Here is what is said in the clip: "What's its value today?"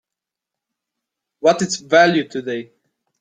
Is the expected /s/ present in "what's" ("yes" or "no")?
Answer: no